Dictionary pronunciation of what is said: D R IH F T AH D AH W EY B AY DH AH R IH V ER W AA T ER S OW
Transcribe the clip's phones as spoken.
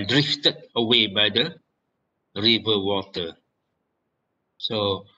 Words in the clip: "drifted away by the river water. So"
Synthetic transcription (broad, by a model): D R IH F T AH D AH W EY B AY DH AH R IH V ER W AA T ER S OW